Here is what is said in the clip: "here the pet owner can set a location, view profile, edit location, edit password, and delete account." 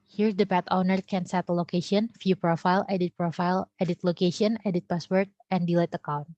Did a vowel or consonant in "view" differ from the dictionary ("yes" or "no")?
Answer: yes